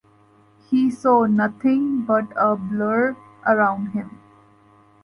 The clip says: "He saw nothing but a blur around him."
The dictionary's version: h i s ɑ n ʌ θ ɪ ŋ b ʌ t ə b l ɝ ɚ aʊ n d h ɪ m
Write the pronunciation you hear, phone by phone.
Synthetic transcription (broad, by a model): h i s ɑ n ʌ t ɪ ŋ b ʌ t ə b l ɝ ɚ aʊ n d h ɪ m